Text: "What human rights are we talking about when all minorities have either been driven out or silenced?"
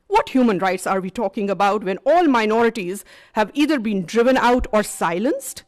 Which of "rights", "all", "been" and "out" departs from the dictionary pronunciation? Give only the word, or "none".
none